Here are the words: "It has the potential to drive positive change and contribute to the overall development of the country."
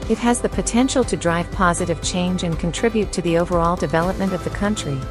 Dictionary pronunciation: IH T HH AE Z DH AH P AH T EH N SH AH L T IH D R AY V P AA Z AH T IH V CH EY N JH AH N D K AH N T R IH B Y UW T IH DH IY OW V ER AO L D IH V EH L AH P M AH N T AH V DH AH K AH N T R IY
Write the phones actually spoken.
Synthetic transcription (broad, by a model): IH T HH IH Z DH AH P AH T EH N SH L T IH D R AY V P AA Z AH T IH V CH EY N JH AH N K N T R IH B Y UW T IH DH IY OW V ER AO L D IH V EH L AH P M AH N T AH V DH AH K AH N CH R IY